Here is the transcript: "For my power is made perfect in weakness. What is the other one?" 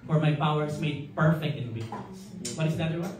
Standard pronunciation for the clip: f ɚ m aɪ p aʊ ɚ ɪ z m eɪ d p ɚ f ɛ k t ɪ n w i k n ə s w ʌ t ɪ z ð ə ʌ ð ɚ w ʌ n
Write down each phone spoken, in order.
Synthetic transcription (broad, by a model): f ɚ m aɪ p aʊ ɚ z m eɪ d p ɚ f ɛ k t ɪ n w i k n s w ʌ t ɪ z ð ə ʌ ɚ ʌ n